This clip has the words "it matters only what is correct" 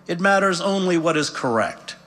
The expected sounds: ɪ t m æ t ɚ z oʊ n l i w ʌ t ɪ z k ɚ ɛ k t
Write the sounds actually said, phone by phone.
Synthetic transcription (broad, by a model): ɪ t m æ t ɚ z oʊ n l i w ʌ t ɪ z k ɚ ɛ k t